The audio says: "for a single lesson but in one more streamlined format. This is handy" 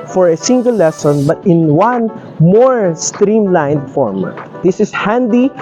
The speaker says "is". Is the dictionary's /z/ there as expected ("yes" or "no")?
no